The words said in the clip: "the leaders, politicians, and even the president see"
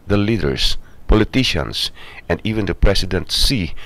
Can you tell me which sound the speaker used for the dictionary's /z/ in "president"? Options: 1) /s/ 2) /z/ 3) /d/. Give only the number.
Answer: 1